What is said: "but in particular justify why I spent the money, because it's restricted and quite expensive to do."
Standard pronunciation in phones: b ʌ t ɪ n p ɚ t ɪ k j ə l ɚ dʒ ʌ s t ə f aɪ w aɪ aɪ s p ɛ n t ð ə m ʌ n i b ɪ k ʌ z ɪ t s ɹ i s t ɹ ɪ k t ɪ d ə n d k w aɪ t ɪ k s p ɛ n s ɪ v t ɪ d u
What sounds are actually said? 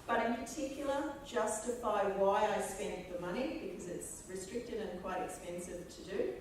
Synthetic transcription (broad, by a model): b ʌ t ɪ n p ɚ t ɪ k j l ɚ dʒ ʌ s t ə f aɪ w aɪ aɪ s p ɛ n ð ə m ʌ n i b ɪ k ʌ z ɪ t s ɹ i s t ɹ ɪ k t ɪ d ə n k w aɪ t ɪ k s p ɛ n s ɪ v t ɪ d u